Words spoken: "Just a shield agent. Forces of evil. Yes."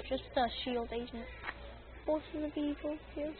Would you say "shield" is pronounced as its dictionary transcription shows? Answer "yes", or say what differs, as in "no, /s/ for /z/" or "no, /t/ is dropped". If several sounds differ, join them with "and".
yes